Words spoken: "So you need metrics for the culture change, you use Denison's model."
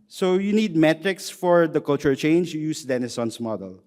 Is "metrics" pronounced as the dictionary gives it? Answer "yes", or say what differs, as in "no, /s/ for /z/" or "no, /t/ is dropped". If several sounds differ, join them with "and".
yes